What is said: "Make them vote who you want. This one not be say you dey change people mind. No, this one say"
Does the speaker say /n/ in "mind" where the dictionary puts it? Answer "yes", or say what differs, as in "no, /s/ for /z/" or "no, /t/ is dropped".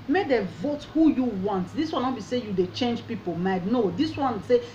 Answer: no, /n/ is dropped